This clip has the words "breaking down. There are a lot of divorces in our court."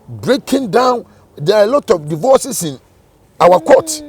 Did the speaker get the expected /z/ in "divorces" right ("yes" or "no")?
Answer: no